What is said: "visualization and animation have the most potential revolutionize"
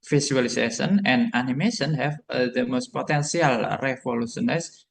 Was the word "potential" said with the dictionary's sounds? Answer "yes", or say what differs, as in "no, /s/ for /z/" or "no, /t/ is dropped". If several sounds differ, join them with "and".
no, /s/ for /ʃ/